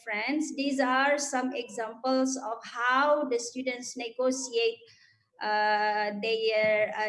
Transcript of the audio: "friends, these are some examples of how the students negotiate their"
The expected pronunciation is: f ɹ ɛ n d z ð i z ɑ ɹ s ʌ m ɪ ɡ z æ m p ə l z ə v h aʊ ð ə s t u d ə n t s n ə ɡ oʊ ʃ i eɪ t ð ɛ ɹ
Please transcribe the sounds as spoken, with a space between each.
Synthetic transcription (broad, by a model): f ɹ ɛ n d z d i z ɑ ɹ s ʌ m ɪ ɡ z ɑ m p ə l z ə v h aʊ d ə s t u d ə n t s n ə ɡ oʊ s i eɪ t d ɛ ɹ